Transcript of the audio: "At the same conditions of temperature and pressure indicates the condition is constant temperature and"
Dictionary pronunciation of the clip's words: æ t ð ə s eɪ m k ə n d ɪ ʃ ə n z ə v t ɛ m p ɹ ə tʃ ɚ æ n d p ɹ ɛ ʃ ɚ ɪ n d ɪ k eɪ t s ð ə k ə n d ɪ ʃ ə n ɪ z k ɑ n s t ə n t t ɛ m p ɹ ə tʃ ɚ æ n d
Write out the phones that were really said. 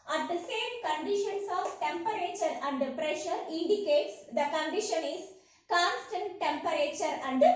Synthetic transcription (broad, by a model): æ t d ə s eɪ m k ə n d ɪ ʃ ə n s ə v t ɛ m p ɹ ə tʃ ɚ æ n d p ɹ ɛ ʃ ɚ ɪ n d ɪ k eɪ t s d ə k ə n d ɪ ʃ ə n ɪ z k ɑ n s t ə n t t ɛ m p ɹ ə tʃ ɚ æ n d